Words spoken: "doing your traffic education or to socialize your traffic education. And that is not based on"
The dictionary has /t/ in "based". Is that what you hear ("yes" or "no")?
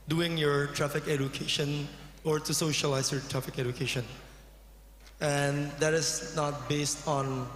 yes